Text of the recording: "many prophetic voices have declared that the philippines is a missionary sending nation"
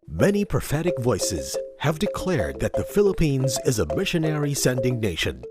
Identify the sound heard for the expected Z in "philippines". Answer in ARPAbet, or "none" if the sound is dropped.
Z